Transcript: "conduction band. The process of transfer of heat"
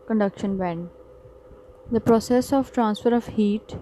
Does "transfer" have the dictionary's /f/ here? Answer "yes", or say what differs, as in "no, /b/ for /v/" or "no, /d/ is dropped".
yes